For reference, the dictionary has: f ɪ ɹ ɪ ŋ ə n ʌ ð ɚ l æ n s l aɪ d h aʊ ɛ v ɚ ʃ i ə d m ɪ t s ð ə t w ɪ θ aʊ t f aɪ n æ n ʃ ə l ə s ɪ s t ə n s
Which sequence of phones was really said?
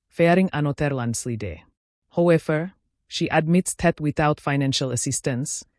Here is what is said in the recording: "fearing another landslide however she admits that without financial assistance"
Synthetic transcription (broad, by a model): f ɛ ɹ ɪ ŋ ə n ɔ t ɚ l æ n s l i d h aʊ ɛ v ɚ ʃ i ə d m ɪ t s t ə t w ɪ θ aʊ t f aɪ n æ n ʃ ə l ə s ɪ s t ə n s